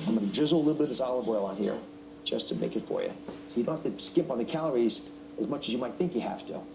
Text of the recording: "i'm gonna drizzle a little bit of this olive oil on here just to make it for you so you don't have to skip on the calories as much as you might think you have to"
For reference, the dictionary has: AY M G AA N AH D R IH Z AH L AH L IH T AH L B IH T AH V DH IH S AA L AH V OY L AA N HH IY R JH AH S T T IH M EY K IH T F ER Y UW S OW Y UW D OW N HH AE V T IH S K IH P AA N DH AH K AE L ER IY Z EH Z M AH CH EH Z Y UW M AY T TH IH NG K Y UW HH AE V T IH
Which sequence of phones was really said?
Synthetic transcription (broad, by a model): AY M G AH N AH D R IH Z L AH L IH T L B IH T AH V DH IH S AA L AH B OY L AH N HH IY R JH AH S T T IH M EY K IH T F ER Y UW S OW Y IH D OW N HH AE F T IH S K IH P N DH AH K AE L ER IY Z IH Z M AH CH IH Z Y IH M AY T TH IH NG K Y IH HH AE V T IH